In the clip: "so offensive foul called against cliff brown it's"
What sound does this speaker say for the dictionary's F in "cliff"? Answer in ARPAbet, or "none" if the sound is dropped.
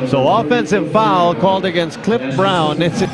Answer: P